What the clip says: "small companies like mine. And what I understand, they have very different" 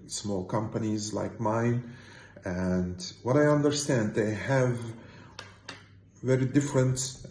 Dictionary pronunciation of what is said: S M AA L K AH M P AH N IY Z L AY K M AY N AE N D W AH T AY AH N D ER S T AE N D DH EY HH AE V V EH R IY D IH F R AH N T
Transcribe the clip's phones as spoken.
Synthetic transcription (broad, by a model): S M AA L K AH M P AH N IY Z L AY K M AY N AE N D W AH T AY AH N D ER S T AE N D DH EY HH AE V V EH R IY D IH F R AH N T